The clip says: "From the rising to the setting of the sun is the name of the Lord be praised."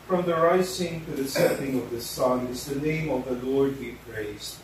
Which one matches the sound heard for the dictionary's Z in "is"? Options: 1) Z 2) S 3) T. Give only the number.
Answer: 1